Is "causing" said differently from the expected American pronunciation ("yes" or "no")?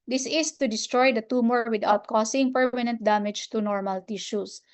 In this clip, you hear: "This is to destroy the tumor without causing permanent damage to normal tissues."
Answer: yes